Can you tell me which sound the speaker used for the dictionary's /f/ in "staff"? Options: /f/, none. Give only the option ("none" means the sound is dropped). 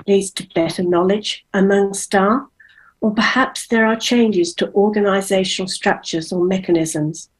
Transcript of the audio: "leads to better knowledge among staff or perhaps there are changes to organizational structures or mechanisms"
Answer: none